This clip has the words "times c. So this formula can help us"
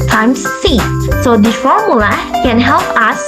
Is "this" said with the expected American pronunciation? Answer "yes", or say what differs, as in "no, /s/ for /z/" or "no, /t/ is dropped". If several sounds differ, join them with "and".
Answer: no, /s/ is dropped